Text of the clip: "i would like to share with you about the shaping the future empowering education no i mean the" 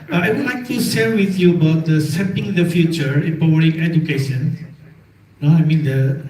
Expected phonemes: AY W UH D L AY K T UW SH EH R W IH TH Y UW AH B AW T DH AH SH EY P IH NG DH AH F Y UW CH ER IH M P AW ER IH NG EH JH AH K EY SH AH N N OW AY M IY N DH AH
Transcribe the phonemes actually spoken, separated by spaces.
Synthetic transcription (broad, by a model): AY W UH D L AY K T UW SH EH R W IH TH Y UW AH B AW T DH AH S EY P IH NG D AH F Y UW CH ER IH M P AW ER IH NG EH JH AH K EY SH AH N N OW AY M IY N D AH